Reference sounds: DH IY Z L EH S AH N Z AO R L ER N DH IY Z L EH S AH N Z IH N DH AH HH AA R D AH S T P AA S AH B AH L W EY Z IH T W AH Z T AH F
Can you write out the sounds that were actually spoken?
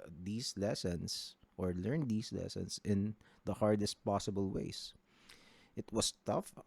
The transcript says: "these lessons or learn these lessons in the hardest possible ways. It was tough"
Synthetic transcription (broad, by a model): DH IY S L EH S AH N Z AO R L ER N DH IY S L EH S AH N S IH N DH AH HH AA R D AH S T P AA S AH B AH L W EY S IH T W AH S T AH F